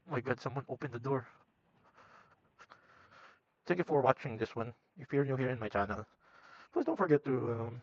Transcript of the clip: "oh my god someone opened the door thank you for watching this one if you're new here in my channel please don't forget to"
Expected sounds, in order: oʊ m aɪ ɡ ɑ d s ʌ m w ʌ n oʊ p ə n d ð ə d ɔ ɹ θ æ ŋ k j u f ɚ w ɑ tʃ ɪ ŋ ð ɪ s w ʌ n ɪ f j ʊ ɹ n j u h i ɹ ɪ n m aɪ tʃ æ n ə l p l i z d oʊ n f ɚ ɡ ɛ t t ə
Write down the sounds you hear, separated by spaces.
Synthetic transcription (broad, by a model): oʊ m aɪ ɡ ɑ d s ʌ m w ʌ n oʊ p ə n d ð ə d ɔ ɹ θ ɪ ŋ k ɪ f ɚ w ɑ tʃ ɪ ŋ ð ɪ s w ʌ n ɪ f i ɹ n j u h i ɹ ɪ n m aɪ tʃ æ n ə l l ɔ s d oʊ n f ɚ ɡ ɛ t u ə